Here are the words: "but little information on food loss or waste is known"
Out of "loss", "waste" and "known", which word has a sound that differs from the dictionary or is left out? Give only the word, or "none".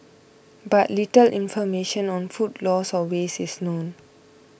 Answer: waste